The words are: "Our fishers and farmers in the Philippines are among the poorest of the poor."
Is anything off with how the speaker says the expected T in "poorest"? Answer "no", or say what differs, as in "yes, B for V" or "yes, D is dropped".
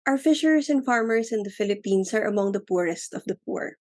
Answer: no